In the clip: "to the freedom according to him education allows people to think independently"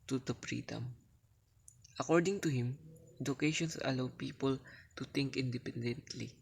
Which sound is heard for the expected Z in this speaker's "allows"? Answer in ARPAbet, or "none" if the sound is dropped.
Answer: none